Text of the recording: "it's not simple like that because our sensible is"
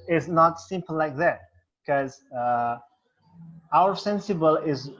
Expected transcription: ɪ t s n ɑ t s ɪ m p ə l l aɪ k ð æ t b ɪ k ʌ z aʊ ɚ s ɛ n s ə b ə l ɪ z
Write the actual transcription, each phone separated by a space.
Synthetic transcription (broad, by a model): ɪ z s n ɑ t s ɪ m p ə l l aɪ k ð æ t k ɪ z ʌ aʊ ɚ s ɛ n s ə b ə l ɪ z